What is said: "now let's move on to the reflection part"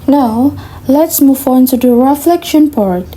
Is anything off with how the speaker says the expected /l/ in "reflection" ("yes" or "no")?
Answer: no